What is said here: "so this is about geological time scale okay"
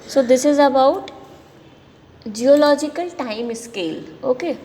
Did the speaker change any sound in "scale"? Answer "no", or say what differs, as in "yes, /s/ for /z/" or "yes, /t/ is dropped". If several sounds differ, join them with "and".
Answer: no